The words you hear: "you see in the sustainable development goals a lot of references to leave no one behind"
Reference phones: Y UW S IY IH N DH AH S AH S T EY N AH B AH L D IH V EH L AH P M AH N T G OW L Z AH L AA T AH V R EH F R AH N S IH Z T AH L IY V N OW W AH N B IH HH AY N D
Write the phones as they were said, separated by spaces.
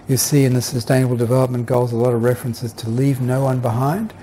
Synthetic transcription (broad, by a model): Y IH S IY IH N DH AH S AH S T EY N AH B L D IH V EH L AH P M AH N G OW L Z AH L AA T AH V R EH F R AH N S IH Z T AH L IY V N OW W AH N B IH HH AY N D